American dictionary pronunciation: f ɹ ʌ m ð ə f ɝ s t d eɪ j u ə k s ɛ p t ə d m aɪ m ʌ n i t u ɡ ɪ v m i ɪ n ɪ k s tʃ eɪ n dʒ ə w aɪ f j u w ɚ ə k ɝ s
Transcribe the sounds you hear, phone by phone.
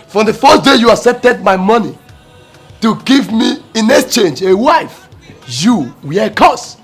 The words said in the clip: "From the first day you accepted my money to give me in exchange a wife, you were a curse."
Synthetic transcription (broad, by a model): f ɹ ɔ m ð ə f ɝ s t d eɪ j u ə s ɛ t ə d m aɪ m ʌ n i t u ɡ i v m i ɪ n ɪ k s tʃ eɪ n dʒ ə w aɪ f j u w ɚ ə k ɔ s